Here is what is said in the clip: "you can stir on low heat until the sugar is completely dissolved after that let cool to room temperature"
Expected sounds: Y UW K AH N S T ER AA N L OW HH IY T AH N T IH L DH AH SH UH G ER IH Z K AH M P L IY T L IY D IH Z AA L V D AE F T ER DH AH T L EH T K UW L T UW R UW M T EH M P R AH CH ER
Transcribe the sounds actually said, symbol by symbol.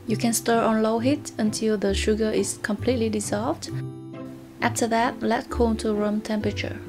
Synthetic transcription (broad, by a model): Y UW K AH N S T ER AA N L OW HH IY T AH N T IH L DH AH SH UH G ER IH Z K AH M P L IY T L IY D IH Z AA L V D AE F T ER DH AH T L EH T K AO N T UW R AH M T EH M P R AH CH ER